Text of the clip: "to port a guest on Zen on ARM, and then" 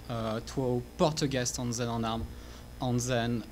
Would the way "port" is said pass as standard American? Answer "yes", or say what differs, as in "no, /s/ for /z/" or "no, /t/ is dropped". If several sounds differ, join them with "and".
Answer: yes